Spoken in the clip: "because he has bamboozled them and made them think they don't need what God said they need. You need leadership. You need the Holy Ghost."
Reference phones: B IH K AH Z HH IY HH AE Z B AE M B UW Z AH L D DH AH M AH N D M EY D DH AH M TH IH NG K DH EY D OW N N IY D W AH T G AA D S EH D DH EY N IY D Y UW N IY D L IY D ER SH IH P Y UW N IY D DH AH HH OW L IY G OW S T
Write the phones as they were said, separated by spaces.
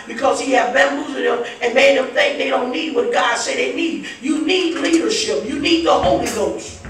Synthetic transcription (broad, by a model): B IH K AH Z HH IY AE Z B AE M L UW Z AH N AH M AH N M EY D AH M TH IH NG K DH EY D OW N N IY D W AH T G AA D S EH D DH EY N IY D Y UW N IY D L IY D ER SH IH P Y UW N IY D DH AH HH OW L IY G OW S T